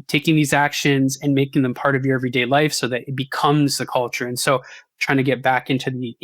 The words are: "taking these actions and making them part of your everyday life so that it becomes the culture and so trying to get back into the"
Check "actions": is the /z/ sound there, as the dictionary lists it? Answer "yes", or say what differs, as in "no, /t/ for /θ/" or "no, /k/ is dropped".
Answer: yes